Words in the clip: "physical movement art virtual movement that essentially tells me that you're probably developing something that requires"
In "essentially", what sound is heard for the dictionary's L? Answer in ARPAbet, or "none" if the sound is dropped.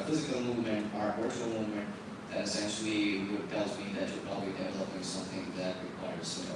W